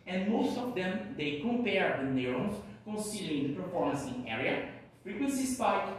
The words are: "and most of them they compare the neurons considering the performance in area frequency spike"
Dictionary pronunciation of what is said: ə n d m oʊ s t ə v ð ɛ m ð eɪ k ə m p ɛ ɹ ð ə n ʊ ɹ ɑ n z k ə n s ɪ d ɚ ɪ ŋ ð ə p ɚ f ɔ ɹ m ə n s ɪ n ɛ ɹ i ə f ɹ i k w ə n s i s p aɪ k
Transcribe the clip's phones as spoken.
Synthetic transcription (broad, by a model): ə n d m oʊ s t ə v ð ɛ m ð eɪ k ə m p ɛ ɹ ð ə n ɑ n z k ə n s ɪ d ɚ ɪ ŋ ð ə p ɚ f ɔ ɹ m ə n s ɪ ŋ ɛ ɹ i ə f ɹ i k w ə n s i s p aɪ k